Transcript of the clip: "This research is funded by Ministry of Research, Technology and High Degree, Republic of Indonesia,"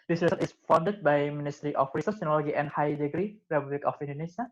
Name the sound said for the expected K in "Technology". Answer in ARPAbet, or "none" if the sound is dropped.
none